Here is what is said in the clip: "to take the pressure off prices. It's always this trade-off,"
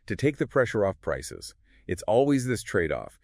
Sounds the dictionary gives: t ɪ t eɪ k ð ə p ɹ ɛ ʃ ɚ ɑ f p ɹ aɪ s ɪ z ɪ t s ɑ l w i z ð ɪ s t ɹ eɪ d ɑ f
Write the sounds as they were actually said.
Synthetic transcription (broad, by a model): t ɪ t eɪ k ð ə p ɹ ɛ ʃ ɚ ɑ f p ɹ aɪ s ɪ z ɪ t s ɑ l w i z ð ɪ s t ɹ eɪ d ɑ f